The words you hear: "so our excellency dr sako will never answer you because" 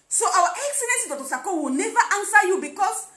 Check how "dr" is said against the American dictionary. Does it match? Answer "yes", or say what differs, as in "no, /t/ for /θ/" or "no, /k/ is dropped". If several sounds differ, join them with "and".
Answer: no, /k/ is dropped